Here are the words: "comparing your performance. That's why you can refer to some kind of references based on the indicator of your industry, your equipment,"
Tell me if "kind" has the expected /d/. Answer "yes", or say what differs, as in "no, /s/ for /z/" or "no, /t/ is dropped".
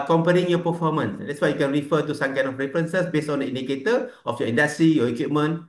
no, /d/ is dropped